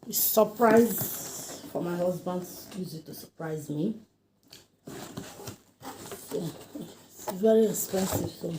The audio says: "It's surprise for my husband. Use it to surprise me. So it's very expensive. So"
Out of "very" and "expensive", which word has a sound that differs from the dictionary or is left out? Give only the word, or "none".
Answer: expensive